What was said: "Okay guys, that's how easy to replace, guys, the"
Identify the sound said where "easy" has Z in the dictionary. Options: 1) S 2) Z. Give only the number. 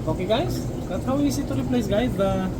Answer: 1